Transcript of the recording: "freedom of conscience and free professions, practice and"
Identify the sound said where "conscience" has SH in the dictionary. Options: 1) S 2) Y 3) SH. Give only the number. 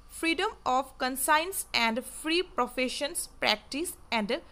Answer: 1